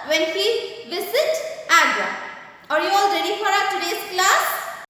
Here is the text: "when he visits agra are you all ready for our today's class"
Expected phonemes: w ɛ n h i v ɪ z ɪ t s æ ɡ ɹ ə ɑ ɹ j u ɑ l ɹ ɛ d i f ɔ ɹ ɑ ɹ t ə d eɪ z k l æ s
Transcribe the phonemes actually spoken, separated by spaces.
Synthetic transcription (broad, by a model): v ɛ n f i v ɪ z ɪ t æ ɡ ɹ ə ɑ ɹ j u ɑ l ɹ ɛ d i f ɔ ɹ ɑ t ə d eɪ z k l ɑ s